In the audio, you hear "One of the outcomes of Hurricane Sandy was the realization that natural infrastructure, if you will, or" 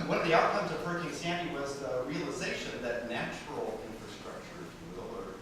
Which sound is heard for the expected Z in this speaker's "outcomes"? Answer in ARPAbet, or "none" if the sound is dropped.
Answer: Z